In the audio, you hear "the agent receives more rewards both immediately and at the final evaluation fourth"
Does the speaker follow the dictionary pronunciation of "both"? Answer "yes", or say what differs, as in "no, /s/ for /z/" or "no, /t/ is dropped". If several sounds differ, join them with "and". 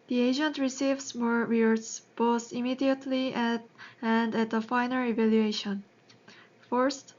no, /t/ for /θ/